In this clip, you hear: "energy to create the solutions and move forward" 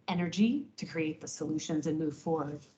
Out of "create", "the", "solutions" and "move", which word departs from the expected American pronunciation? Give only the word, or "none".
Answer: none